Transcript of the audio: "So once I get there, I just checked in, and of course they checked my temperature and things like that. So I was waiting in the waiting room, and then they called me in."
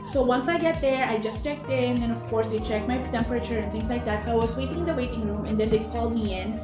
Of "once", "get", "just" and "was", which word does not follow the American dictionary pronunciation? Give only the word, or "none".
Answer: was